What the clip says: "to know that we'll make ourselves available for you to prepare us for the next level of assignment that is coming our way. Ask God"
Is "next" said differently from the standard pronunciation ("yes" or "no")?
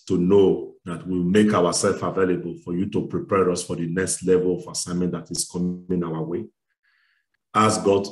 no